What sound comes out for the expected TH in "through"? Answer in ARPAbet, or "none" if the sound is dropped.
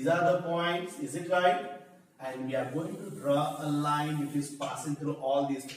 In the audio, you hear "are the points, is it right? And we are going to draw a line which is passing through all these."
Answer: T